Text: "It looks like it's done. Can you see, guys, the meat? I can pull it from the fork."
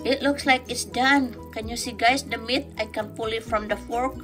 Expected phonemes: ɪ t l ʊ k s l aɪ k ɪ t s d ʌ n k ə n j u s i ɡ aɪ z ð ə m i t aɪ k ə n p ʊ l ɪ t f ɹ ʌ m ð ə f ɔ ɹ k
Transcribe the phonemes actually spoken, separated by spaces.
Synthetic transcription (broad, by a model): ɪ t l ʊ k s l aɪ k ɪ t s d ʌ n k ə n j u s i ɡ aɪ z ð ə m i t aɪ k ə n p ʊ l ɪ t f ɹ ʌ m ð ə f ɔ ɹ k